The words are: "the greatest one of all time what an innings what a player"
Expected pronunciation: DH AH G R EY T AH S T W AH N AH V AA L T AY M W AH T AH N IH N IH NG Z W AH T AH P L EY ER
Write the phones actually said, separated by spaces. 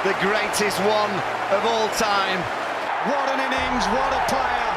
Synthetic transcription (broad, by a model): DH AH G R EY T AH S T W AH N AH V AA L T AY M W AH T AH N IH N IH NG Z W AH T AH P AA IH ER